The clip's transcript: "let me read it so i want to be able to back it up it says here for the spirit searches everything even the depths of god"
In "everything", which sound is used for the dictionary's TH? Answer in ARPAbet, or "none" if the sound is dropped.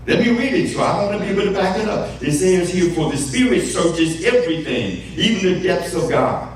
TH